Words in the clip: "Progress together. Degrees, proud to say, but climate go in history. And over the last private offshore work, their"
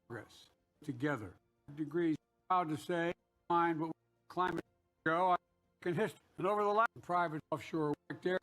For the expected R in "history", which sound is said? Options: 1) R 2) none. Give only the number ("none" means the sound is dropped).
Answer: 2